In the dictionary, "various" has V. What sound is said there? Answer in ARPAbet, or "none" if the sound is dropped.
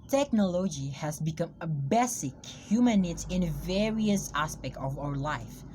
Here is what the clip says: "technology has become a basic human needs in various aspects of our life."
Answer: V